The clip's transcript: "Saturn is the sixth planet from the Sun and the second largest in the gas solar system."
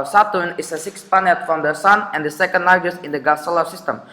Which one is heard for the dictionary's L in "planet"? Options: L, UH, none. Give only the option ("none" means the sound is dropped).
none